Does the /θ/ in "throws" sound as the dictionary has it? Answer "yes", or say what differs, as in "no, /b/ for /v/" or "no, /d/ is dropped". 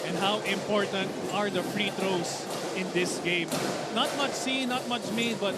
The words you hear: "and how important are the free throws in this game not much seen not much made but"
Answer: no, /t/ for /θ/